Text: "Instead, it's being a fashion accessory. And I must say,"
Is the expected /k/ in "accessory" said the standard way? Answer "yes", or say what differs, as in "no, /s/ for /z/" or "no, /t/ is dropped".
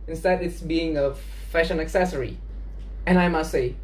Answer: yes